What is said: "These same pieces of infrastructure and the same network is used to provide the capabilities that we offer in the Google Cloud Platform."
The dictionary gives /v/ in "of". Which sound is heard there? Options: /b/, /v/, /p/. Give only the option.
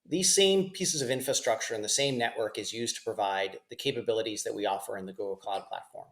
/v/